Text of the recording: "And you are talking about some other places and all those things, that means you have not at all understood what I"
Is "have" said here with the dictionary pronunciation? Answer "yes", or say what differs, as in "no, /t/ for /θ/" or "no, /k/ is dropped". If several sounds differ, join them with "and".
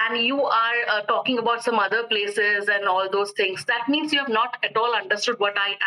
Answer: yes